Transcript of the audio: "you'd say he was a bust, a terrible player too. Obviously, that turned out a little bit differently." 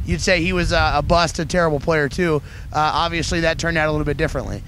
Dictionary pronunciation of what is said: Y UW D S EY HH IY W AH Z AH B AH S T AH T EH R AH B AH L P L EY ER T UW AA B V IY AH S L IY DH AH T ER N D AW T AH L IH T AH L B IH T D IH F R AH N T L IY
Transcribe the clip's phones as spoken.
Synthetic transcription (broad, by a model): Y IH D S EY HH IY W AH Z AH B AH S T AH T EH R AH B L P L EY ER T UW AA B V IY AH S L IY DH AH T ER N D AW T AH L IH T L B IH T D IH F R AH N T L IY